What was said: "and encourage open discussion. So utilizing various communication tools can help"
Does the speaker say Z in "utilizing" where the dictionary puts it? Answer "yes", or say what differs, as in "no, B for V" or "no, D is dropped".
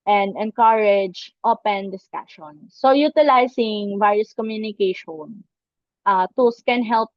no, S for Z